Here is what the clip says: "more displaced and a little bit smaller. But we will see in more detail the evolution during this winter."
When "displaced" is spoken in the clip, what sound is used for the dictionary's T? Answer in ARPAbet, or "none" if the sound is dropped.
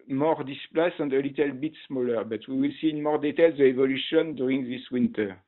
none